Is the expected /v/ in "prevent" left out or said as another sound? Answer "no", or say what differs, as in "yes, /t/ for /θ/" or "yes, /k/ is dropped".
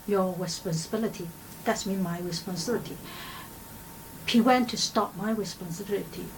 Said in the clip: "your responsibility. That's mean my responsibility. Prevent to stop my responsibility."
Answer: yes, /w/ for /v/